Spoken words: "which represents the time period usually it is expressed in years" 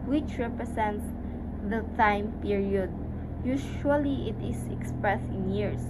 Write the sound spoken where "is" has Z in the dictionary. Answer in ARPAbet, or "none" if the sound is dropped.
S